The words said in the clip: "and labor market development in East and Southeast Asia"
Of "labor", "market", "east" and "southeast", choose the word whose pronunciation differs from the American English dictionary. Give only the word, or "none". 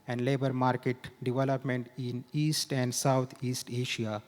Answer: southeast